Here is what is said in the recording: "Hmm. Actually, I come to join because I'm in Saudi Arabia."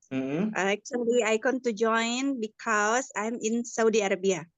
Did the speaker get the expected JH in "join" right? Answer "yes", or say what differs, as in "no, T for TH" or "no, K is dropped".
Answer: yes